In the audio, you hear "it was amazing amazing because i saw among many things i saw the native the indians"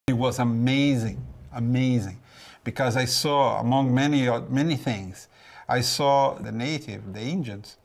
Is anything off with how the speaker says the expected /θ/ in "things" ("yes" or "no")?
no